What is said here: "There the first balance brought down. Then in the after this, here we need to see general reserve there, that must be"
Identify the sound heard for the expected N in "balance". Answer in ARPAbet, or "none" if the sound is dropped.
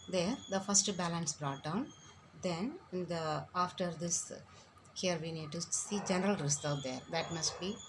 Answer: N